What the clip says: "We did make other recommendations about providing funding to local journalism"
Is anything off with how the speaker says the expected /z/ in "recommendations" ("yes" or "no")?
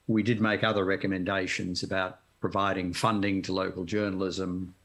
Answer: no